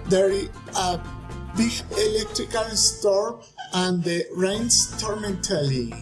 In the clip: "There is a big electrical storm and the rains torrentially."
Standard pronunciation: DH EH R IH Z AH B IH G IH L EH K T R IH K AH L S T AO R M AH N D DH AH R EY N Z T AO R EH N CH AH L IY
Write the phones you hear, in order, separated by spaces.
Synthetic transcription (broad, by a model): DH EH R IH AH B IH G IH L EH K T R IH K AH L S T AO R AH N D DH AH R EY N S T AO R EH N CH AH L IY